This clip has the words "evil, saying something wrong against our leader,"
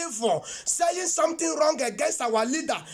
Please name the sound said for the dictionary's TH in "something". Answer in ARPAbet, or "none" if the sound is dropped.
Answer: T